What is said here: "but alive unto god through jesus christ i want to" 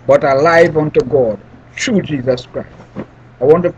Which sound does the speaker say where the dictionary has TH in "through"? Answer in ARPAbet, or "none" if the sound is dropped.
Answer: T